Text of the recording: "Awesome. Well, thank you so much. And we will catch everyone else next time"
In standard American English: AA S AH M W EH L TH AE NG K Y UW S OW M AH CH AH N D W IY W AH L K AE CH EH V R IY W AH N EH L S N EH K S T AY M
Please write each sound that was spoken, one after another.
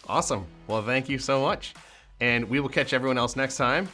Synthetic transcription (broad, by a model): AA S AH M W EH L TH AE NG K Y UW S OW M AH CH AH N W IY W AH L K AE CH EH V R IY W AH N EH L S N EH K S T AY M